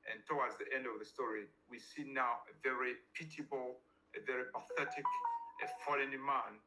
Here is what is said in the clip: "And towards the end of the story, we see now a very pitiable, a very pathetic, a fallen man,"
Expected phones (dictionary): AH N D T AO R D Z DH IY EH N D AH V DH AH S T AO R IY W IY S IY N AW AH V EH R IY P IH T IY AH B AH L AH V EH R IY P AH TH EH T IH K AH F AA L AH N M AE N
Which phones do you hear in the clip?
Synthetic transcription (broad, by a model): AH N T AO W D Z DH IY EH N D AH V DH AH S T AO R IY W IY S IY N AW AH V EH R IY P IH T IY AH B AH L AH V EH R IY P AH TH EH T IH K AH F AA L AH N M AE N